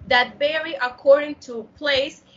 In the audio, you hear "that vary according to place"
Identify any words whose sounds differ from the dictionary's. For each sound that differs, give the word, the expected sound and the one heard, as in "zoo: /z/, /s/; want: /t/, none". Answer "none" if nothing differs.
vary: /v/, /b/